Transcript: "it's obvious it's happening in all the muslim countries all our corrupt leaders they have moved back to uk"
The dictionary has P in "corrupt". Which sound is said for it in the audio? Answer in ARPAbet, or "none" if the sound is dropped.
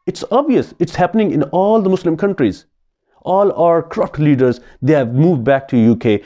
F